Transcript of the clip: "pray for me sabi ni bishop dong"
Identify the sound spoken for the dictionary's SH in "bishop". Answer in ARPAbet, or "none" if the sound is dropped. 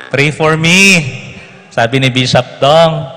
S